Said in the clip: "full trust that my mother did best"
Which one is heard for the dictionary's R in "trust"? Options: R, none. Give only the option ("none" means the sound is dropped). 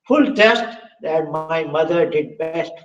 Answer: none